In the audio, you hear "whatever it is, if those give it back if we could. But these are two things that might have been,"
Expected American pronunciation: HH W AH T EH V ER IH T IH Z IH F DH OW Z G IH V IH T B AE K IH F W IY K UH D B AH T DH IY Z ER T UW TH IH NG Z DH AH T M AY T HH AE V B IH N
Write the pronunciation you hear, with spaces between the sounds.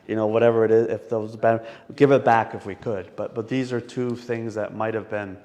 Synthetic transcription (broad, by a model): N W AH T EH V ER IH T IH Z IH F DH OW Z G IH V IH T B AE K IH F W IY K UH D B AH T DH IY Z ER T UW TH IH NG Z DH AH T M AY T HH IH V B IH N